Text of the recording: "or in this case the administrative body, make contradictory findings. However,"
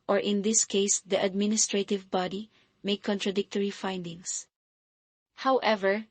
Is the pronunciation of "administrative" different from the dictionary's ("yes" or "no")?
no